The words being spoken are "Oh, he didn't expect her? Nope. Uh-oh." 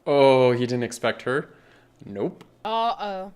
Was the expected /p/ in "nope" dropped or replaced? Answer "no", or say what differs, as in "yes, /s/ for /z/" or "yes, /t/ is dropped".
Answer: no